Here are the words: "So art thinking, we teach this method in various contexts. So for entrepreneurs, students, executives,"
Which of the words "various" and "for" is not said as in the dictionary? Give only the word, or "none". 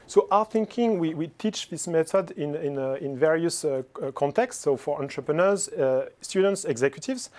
none